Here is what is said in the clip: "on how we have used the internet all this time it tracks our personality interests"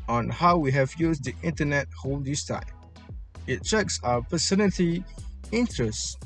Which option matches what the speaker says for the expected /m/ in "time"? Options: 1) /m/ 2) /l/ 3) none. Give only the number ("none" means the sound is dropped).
3